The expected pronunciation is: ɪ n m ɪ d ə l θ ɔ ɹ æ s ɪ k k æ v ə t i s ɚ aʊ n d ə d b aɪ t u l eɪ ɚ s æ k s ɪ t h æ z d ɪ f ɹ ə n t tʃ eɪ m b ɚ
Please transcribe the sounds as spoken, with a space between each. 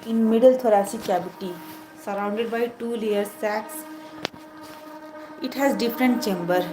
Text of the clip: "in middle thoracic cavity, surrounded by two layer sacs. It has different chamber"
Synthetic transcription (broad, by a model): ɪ n m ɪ d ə l t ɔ ɹ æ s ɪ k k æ b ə t i s ɚ aʊ n d ə d b aɪ t u l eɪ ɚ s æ k s ɪ t h æ z d ɪ f ɹ ə n t tʃ eɪ m b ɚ